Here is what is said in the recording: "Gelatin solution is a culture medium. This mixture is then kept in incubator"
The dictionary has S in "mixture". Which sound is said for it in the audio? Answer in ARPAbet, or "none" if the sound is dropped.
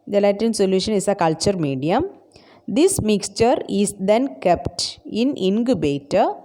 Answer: S